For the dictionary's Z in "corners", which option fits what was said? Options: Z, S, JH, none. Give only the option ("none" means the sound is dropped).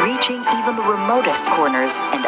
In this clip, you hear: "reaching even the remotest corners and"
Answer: Z